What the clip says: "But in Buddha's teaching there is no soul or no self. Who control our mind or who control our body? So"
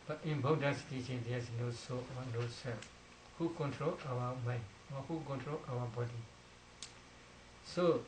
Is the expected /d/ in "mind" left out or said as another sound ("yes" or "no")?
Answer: yes